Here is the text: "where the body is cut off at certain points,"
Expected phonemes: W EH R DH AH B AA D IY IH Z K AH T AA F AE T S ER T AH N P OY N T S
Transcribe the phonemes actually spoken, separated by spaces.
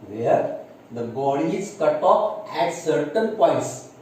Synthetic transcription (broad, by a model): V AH R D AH B AA D IY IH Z K AH T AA P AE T S ER T AH N P OY N T S